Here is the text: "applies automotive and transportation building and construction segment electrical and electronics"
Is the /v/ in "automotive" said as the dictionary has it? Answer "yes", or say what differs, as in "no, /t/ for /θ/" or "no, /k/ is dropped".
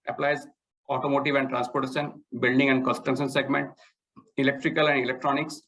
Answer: yes